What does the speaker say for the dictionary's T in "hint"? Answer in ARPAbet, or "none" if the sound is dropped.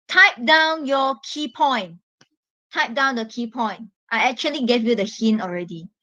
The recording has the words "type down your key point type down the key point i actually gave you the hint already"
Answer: none